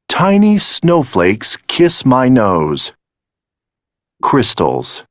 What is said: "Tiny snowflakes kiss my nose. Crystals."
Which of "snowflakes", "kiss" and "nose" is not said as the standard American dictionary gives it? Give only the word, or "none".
none